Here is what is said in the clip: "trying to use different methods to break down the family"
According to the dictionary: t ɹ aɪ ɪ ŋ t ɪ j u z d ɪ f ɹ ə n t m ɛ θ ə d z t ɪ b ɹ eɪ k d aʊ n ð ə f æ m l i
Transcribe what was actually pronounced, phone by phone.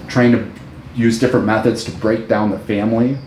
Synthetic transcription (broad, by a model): t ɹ aɪ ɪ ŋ t ɪ j u z d ɪ f ɹ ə n m ɛ θ ə d z t ɪ b ɹ eɪ k d aʊ n ð ə f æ m l i